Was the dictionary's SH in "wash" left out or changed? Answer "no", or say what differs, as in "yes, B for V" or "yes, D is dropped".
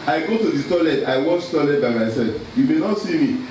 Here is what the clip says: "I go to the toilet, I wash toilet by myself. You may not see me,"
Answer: yes, S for SH